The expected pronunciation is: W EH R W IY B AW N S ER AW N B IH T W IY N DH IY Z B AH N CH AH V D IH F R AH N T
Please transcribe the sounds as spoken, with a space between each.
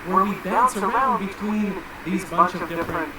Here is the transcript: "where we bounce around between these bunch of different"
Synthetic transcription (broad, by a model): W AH R W IY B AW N S ER AW N B IH T W IY N DH IY Z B AH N CH AH V D IH F R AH N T